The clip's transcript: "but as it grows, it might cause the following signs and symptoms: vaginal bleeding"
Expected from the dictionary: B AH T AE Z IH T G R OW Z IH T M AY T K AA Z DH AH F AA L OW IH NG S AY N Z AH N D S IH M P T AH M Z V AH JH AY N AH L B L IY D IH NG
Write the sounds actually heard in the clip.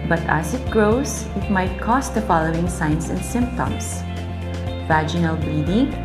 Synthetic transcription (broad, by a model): B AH T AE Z IH T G R OW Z IH T M AY T K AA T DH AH F AA L OW IH NG S AY N S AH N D S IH M P T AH M S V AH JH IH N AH L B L IY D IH NG